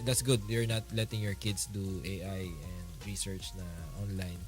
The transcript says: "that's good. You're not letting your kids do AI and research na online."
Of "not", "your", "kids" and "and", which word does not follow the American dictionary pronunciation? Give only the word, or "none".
kids